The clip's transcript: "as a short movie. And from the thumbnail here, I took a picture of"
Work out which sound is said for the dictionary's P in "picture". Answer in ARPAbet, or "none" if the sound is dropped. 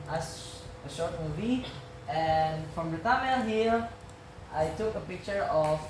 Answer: P